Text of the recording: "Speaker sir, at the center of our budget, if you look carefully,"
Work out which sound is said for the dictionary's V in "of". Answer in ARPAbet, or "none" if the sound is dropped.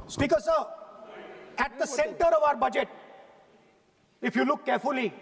V